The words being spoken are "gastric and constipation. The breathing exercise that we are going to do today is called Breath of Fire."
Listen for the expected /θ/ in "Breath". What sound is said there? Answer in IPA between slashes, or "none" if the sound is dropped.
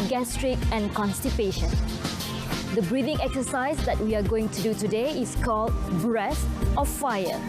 /s/